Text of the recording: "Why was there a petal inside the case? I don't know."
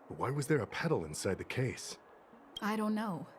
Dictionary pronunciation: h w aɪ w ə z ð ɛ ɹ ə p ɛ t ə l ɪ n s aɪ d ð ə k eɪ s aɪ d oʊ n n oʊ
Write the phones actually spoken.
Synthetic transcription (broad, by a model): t w aɪ w ə z ð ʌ ɹ ə p ɛ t l ɪ n s aɪ d ð ə k eɪ s aɪ d oʊ n n oʊ